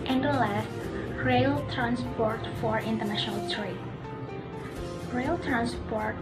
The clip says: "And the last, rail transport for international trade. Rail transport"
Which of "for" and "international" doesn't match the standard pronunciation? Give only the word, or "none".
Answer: none